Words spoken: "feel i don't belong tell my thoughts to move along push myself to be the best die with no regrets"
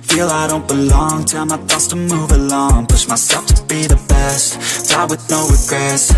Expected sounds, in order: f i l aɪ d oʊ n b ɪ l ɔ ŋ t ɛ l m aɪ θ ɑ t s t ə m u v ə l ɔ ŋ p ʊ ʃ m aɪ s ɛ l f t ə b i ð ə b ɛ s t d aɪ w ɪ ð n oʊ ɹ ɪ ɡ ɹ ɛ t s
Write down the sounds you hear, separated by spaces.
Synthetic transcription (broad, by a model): f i l aɪ d oʊ n b ɪ l ɔ ŋ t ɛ m aɪ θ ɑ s t ə m u v ə l ɔ ŋ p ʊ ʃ m aɪ s ɛ l f t ə b i ð ə b ɛ s t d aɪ w ɪ ð n oʊ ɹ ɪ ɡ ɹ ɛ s